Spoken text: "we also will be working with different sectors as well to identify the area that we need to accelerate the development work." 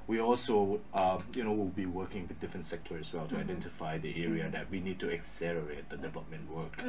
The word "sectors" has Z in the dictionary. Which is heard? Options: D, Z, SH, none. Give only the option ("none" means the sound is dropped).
none